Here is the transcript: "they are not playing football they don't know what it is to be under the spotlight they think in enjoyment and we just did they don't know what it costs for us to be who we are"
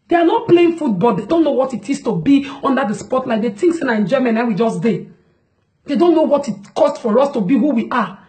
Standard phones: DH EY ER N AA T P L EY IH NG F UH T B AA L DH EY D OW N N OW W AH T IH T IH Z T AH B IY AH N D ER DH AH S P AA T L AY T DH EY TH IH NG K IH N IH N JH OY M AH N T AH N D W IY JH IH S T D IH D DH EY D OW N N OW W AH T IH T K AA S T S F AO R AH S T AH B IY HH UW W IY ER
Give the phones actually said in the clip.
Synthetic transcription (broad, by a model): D EY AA N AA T P L EY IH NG F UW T B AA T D EY D OW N N OW W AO T IH T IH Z T AH B IY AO N D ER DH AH S P AA T L AY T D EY T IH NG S IH N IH N JH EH M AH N AH W IY JH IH S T D IH D EY D OW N N OW W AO T IH T K AA S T F AO R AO S T AH B IY HH UW W IY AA